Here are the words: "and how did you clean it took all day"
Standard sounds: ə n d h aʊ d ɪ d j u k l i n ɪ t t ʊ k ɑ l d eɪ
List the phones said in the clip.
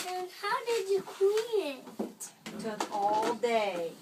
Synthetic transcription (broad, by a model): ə n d h aʊ d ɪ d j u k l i ɪ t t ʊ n ɑ l d eɪ